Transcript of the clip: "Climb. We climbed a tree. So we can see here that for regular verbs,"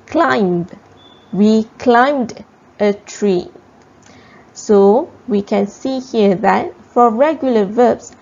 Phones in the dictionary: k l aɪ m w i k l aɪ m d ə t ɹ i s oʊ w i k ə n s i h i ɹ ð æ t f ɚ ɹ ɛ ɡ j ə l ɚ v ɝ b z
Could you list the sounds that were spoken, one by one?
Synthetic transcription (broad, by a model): k l aɪ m w i k l aɪ m d ə t ɹ i s oʊ w i k ə n s i h i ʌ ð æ t f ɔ ɹ ɛ ɡ j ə l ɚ v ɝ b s